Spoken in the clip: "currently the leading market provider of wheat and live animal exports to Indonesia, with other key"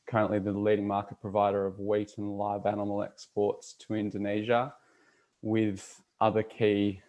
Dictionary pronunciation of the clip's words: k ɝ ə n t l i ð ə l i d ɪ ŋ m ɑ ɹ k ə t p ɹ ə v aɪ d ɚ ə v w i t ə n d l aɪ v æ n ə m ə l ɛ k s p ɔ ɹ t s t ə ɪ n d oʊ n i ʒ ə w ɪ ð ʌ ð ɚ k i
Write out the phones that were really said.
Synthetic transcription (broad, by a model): k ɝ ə n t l i ð ə l i d ɪ ŋ m ɑ ɹ k ə t p ɹ ə v aɪ d ɚ ə v w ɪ t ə n l aɪ v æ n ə m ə l ɛ k s p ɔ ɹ t s t ə ɪ n d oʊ n i ʒ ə w ɪ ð ʌ ð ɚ k i